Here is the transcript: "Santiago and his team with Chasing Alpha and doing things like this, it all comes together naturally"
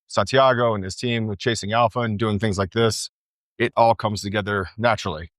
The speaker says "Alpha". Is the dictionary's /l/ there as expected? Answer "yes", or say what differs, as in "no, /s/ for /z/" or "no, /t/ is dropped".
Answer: yes